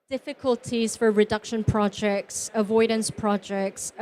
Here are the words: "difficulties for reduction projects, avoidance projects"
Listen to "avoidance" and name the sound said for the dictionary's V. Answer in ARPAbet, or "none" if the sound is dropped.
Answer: V